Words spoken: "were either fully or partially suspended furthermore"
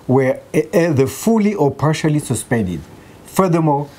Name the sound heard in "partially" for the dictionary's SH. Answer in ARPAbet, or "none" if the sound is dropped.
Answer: SH